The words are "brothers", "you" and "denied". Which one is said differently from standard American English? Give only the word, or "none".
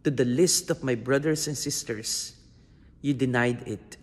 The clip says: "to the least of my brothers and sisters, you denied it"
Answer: brothers